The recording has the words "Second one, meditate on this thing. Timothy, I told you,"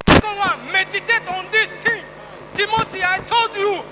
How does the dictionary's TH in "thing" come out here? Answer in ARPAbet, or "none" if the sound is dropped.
T